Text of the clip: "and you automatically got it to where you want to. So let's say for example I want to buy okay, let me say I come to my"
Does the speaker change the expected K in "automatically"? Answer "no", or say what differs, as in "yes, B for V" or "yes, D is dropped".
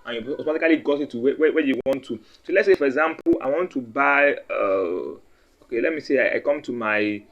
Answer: yes, K is dropped